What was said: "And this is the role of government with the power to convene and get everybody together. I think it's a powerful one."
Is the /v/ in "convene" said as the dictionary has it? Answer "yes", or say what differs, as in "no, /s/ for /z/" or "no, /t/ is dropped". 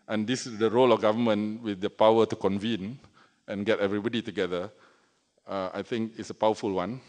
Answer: yes